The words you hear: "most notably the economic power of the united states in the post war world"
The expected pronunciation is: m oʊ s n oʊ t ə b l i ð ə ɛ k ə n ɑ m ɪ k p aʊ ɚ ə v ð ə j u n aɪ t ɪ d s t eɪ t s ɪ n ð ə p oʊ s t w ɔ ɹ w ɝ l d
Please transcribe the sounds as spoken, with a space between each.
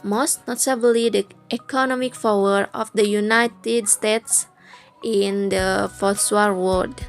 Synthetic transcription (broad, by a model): m oʊ s n oʊ t ə b l i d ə ɛ k ə n ɑ m ɪ k f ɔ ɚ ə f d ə j u n aɪ t ɪ d s t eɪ t s ɪ n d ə f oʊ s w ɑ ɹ w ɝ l d